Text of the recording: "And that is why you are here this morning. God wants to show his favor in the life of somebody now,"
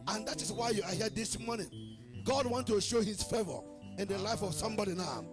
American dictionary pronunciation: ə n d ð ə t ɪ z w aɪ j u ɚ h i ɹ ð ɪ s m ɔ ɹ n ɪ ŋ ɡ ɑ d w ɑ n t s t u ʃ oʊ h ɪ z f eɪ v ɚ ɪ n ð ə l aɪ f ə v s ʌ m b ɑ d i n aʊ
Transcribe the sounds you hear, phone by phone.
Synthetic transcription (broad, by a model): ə n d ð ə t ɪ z w aɪ j u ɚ h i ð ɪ s m ɔ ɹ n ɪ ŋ ɡ ɑ d w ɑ n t t u ʃ oʊ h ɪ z f eɪ v ɚ ɪ n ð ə l aɪ f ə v s ʌ m b ɑ d i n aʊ